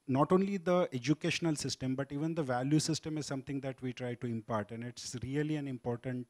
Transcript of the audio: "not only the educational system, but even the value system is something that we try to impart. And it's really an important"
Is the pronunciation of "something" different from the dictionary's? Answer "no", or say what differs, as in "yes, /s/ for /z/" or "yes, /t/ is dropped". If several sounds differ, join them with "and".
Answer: yes, /t/ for /θ/